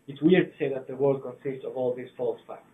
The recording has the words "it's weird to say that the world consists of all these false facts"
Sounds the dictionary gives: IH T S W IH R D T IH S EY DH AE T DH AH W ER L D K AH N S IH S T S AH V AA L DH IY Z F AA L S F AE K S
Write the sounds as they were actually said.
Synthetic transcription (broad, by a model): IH T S W IH R D T IH S EY DH AE T DH AH W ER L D K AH N S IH S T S AH V AA L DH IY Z F AA L S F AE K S